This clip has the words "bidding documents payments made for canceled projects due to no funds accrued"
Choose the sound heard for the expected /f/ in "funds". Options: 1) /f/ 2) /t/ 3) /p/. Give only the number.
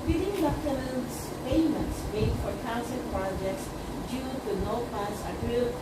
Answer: 3